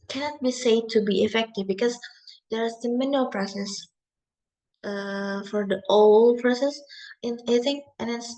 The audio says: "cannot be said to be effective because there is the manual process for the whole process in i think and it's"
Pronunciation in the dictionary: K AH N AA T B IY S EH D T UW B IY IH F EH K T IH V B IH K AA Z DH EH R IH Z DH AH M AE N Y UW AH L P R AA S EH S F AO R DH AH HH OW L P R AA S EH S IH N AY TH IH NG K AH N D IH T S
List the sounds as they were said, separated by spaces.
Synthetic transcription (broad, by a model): K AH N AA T B IY S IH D T UW B IY IH F EH K T IH V B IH K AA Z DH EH R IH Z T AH M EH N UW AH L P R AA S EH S F AO R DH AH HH OW L P R AA S EH S IH N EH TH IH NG AH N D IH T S